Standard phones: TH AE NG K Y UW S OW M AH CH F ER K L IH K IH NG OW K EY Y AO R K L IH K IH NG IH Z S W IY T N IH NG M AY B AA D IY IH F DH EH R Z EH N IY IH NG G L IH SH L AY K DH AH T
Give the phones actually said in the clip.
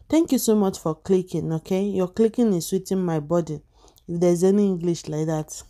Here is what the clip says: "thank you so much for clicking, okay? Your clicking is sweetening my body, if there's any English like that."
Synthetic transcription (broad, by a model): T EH NG K Y UW S OW M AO CH F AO K L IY K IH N OW K EY Y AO K L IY K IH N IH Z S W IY T IH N M AY B AA D IY IH F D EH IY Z EH N IY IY NG G L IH SH L AY K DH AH T